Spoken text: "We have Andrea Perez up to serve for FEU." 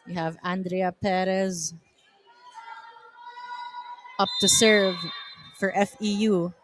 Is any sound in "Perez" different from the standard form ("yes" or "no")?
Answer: no